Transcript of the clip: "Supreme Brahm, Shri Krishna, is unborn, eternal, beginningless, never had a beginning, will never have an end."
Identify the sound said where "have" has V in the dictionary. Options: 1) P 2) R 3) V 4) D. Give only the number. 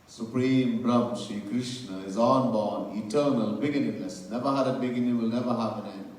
1